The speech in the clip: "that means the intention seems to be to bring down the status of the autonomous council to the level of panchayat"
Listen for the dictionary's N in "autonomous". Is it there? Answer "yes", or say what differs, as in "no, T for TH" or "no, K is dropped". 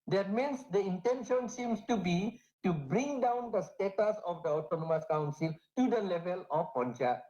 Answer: yes